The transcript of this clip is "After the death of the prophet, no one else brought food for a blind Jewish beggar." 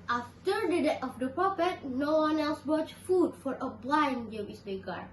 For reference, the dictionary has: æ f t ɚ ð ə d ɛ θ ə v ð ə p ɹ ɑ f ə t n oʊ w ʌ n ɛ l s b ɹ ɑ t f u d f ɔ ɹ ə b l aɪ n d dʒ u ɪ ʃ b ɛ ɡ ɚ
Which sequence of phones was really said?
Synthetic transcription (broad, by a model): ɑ f t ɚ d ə d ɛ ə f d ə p ɹ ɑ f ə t n oʊ w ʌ n ɛ l s b ɹ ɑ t f u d f ɔ ɹ ə b l aɪ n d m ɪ s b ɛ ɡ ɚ